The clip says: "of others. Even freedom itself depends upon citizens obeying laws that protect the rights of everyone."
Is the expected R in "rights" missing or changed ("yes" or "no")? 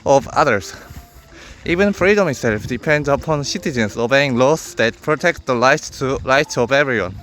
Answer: yes